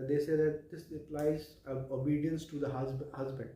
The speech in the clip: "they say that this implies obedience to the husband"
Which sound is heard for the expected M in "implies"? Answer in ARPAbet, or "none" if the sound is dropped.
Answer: none